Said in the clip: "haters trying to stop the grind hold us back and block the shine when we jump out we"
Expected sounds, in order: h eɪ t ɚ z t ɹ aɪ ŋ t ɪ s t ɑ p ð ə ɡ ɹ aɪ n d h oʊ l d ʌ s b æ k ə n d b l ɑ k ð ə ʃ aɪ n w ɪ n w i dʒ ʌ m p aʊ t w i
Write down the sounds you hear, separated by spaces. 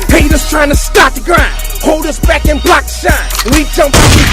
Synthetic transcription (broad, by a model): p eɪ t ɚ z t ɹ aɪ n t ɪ s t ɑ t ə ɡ ɹ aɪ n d h oʊ l d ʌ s b æ k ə n b l ɑ k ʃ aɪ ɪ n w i dʒ ʌ m p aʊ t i